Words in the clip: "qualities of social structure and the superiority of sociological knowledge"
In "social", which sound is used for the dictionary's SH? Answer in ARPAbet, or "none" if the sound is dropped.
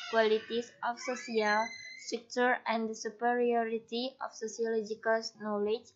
S